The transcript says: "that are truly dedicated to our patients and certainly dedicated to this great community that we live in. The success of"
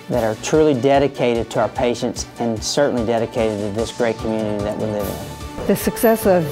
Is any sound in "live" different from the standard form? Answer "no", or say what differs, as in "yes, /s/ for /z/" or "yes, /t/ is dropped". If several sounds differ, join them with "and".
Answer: no